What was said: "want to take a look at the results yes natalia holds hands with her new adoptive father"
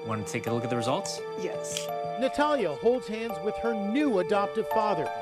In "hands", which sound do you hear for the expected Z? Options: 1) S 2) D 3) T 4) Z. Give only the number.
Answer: 4